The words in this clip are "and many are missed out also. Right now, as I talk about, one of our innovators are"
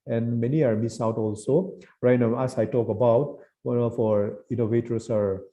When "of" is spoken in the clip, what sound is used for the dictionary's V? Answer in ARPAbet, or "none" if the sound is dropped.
F